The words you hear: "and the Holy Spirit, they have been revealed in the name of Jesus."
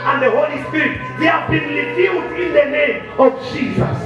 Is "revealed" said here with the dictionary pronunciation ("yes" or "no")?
no